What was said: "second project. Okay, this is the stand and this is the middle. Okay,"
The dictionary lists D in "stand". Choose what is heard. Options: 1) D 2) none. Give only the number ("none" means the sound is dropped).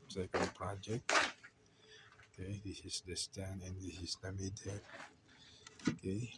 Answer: 2